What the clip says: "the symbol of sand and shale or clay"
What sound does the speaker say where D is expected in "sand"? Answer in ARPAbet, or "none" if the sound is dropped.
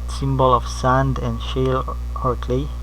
D